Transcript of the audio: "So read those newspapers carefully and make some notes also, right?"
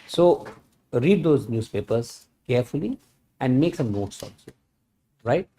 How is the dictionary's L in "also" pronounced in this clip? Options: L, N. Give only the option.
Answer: N